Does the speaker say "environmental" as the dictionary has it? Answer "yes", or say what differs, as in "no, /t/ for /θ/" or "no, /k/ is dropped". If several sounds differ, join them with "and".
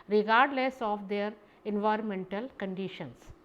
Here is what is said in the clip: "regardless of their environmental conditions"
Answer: yes